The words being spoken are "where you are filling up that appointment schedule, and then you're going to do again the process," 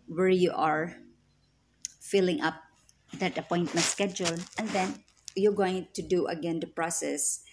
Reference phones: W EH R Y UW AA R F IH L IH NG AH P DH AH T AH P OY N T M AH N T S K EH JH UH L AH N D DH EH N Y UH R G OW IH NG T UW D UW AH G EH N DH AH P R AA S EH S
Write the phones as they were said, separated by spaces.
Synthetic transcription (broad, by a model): W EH R Y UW AA R F IH L IH NG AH P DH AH T AH P OY N T M AH N T S K EH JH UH L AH N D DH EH N Y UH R G OW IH NG T UW D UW AH G EH N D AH P R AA S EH S